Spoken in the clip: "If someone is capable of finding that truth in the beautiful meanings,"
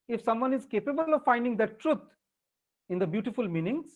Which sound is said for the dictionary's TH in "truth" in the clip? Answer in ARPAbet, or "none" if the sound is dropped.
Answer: T